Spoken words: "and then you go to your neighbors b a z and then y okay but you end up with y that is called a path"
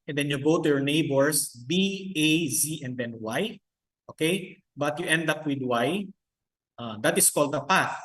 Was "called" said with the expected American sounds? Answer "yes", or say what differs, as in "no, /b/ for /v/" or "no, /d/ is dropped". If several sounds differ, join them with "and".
yes